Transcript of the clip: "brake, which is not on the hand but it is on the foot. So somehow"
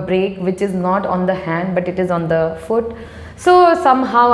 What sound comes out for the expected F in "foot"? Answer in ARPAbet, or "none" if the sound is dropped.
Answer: F